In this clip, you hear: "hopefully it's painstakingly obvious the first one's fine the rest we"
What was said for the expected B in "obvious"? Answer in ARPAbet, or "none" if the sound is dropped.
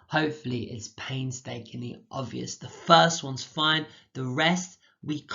B